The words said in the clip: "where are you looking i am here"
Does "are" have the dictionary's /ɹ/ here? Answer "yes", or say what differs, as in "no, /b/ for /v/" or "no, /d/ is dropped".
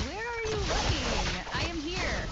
yes